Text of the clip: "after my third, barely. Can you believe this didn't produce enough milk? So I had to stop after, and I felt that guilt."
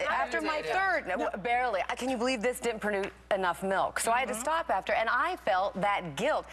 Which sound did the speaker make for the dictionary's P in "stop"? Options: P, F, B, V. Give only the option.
P